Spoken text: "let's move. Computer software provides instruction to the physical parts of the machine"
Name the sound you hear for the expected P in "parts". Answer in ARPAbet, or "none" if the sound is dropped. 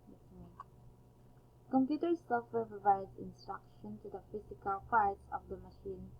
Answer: F